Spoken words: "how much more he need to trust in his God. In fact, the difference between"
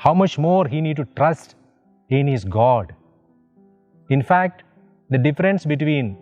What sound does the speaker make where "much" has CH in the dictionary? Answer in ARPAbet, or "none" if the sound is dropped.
CH